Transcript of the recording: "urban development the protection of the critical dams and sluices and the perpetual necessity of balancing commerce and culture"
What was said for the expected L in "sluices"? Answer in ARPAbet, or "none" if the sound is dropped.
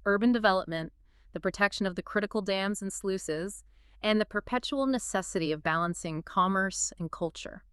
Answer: L